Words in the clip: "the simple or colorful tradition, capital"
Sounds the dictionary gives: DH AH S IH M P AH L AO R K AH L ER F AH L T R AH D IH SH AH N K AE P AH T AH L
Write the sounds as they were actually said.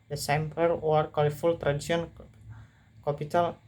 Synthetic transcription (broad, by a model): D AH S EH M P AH W AO R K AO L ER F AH L T R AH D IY S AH N K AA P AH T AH L